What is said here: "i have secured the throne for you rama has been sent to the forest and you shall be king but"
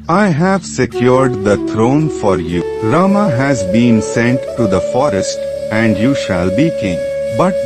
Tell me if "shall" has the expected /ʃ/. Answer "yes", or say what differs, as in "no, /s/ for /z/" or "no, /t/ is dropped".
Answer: yes